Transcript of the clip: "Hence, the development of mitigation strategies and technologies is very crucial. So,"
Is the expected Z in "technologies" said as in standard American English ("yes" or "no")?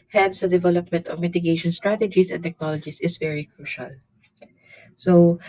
no